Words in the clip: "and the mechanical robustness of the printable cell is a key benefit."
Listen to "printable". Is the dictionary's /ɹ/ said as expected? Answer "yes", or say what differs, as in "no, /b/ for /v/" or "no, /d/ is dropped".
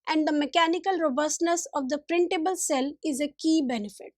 yes